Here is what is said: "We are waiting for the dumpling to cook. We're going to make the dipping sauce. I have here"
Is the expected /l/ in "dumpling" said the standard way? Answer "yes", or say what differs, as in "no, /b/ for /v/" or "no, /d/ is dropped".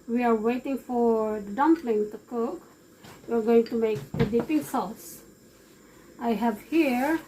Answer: yes